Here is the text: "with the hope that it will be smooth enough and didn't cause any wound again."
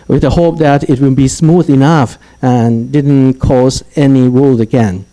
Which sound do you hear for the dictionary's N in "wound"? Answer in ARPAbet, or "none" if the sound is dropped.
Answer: L